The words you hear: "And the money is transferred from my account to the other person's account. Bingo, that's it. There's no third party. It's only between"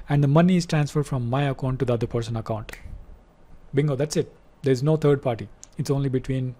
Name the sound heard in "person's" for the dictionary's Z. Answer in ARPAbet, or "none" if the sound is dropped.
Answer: none